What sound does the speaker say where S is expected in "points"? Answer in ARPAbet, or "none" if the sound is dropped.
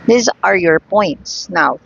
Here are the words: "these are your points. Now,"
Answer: S